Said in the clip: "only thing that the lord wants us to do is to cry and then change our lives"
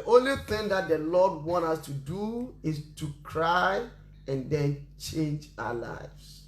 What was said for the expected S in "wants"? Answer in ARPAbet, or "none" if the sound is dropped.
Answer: none